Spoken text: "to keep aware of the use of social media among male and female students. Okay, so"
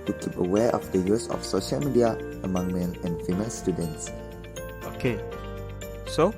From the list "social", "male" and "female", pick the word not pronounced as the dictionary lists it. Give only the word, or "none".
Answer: male